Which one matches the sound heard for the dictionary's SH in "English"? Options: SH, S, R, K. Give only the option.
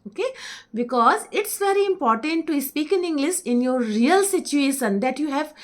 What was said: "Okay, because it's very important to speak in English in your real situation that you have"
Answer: S